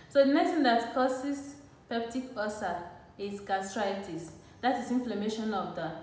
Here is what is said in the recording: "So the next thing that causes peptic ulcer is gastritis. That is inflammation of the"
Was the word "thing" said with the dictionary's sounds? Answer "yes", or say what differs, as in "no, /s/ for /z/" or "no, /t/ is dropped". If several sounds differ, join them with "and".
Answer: no, /t/ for /θ/